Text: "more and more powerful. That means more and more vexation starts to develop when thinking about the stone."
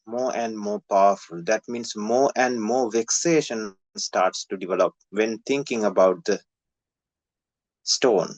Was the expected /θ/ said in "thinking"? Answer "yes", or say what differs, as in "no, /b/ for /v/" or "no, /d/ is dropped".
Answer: no, /t/ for /θ/